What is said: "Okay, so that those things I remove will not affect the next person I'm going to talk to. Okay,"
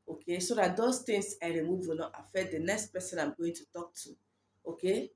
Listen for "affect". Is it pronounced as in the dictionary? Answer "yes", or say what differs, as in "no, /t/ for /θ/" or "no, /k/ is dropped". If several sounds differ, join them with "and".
no, /k/ is dropped